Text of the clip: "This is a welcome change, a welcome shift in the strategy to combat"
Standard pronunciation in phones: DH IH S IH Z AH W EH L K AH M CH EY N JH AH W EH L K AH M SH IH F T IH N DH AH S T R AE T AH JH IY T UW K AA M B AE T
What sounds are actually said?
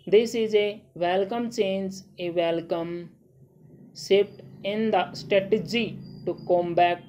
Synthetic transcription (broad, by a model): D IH S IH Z AH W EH L K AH M CH EY N JH AH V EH L K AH M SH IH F T IH N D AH S T R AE T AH JH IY T UW K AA M B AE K